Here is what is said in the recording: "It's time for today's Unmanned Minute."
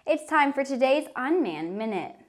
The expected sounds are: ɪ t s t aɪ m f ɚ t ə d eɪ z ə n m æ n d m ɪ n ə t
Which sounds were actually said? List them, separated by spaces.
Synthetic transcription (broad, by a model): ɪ t s t aɪ m f ɚ t ə d eɪ z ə n m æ n m ɪ n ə t